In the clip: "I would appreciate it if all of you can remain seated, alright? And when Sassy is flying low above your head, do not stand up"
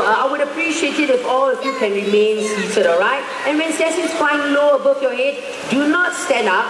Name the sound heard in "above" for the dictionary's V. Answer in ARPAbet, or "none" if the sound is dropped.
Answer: F